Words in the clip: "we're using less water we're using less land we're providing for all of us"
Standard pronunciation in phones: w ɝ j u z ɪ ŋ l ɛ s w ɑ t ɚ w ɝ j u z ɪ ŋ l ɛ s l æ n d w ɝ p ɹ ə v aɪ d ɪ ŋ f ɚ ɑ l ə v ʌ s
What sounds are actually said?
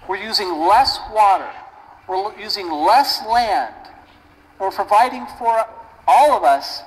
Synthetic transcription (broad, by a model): w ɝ j u z ɪ ŋ l ɛ s w ɑ t ɚ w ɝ j u z ɪ ŋ l ɛ s l æ n d w ɝ p ɹ ə v aɪ d ɪ ŋ f ɚ ɑ l ə v ʌ s